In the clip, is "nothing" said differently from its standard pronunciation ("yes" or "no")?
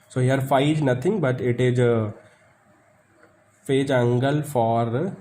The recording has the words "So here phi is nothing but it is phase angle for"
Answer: yes